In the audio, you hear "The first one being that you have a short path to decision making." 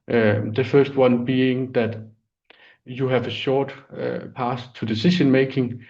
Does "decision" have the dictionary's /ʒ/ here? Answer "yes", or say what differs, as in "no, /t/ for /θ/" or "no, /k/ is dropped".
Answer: no, /ʃ/ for /ʒ/